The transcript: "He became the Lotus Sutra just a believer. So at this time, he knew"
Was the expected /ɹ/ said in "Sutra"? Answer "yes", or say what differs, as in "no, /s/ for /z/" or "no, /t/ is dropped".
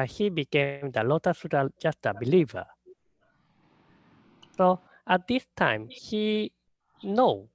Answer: no, /ɹ/ is dropped